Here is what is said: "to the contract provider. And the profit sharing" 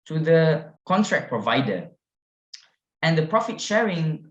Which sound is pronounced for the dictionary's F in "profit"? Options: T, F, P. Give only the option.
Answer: F